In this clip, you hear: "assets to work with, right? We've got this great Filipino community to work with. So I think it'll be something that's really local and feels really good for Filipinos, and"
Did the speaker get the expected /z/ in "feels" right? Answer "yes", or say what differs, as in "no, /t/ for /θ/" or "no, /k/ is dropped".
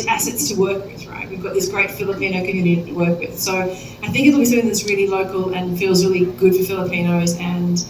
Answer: yes